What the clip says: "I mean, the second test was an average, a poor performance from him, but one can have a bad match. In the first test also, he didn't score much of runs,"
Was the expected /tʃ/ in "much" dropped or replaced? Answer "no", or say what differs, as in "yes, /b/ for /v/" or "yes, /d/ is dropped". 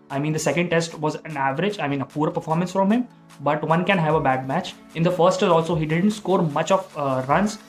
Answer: no